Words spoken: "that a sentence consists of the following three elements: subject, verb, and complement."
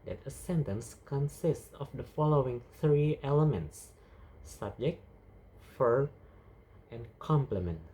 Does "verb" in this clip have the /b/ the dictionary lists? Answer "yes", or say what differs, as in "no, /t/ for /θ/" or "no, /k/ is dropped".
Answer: no, /b/ is dropped